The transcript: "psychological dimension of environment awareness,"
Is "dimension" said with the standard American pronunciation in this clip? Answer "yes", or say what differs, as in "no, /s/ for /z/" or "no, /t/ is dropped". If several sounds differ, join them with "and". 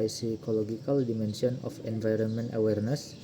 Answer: no, /s/ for /ʃ/